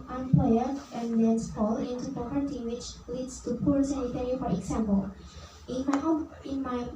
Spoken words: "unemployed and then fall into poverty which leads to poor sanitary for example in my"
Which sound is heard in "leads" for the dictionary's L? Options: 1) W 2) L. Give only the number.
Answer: 1